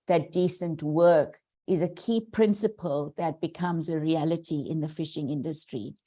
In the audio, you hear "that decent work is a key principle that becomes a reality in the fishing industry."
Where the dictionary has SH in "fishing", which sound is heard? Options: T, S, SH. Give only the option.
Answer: SH